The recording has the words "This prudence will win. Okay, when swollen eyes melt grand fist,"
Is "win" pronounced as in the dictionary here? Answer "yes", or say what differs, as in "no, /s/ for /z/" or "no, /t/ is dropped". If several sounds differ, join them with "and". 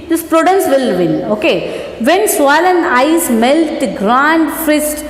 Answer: no, /l/ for /n/